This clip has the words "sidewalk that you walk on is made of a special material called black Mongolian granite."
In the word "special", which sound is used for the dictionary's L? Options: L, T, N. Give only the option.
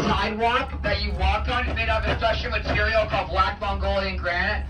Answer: N